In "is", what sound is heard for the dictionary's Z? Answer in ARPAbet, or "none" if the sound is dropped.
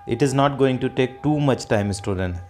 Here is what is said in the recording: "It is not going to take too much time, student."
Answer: Z